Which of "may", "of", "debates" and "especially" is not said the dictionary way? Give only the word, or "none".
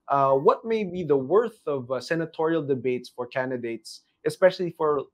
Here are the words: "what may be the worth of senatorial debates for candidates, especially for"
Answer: none